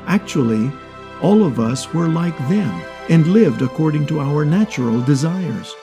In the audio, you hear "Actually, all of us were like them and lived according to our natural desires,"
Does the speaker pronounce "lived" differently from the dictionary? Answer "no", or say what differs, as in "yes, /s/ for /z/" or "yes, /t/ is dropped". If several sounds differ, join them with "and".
no